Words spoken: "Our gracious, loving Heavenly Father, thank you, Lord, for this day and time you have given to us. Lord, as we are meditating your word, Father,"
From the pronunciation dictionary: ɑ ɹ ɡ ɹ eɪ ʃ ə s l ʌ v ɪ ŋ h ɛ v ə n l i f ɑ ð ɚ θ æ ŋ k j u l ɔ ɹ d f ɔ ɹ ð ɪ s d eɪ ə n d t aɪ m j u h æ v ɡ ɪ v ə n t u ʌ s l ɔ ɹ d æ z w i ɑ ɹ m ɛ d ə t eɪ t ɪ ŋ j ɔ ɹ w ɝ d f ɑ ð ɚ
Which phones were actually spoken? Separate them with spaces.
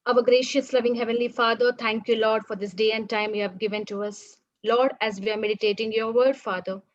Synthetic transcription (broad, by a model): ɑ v ɡ ɹ eɪ ʃ ə s l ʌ v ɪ ŋ h ɛ v ə n l i f ɑ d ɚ t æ ŋ k j u l ɔ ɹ d f ɔ ɹ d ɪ s d eɪ ə n d t aɪ m j u h æ v ɡ ɪ v ə n t u ʌ s l ɔ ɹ d æ z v i ɑ ɹ m ɛ d ə t eɪ t ɪ ŋ j ɔ ɹ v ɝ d f ɑ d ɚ